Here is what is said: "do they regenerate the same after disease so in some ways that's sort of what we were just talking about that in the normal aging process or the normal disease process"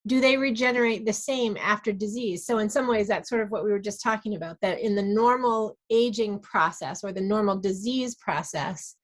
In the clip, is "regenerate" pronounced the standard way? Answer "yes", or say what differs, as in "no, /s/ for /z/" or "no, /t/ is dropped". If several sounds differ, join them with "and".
yes